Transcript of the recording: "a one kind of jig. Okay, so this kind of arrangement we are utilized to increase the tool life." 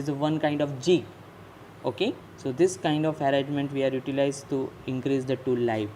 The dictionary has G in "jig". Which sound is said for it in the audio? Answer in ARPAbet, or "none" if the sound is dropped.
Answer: none